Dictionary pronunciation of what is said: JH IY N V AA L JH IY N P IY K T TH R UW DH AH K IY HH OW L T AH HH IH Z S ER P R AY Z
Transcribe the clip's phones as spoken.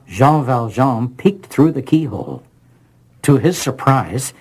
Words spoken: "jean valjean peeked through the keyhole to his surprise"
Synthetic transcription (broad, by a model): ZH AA V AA L ZH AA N P IY K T TH R UW DH AH K IY HH OW L T AH IH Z S ER P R AY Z